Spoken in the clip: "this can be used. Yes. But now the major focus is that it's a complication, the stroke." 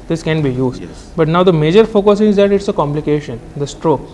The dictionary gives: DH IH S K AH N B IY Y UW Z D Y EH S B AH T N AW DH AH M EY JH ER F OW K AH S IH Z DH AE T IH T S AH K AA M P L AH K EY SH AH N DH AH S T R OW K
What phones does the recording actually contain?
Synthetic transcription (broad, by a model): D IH S K AH N B IY Y UW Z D B AH T N AW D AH M EY JH ER F OW K AH S IH Z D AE T IH T S AH K AA M P L AH K EY SH AH N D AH S T R OW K